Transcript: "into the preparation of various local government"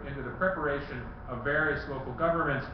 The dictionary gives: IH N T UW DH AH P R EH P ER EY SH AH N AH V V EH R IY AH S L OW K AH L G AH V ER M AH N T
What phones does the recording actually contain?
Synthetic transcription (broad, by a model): IH N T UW DH AH P R EH P ER EY SH AH N AH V V EH R IY AH S L OW K L G AH V ER M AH N T